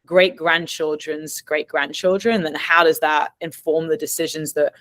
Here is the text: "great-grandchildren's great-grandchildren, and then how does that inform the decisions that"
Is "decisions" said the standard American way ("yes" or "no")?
yes